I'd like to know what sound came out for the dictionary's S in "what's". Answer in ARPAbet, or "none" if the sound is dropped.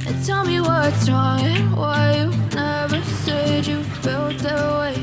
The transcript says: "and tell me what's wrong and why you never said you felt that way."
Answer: none